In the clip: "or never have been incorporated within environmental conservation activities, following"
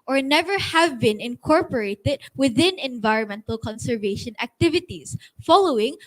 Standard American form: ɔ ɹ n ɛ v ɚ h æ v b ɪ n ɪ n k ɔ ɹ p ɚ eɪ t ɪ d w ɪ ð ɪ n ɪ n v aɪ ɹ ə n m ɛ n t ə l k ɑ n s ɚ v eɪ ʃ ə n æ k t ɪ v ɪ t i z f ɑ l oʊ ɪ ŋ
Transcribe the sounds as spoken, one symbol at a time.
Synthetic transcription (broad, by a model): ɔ ɹ n ɛ v ɚ h æ v b ɪ n ɪ n k ɔ ɹ p ɚ eɪ t ɪ d w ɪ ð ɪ n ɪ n v aɪ ɹ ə n m ɛ n t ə l k ɑ n s ɚ v eɪ ʃ ə n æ k t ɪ v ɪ t i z f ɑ l oʊ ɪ ŋ